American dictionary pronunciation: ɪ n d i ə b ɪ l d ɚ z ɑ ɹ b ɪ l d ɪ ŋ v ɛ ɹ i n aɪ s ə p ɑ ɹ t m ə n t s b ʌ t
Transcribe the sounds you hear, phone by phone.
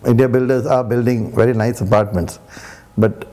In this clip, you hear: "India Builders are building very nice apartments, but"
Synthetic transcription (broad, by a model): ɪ n d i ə b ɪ l d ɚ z ɑ ɹ b ɪ l d ɪ ŋ v ɛ ɹ i n aɪ s ə p ɑ ɹ t m ə n t s b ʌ t